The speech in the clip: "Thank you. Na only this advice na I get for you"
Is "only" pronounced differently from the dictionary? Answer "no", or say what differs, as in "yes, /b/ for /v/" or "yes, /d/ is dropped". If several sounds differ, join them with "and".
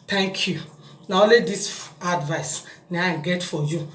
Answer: yes, /n/ is dropped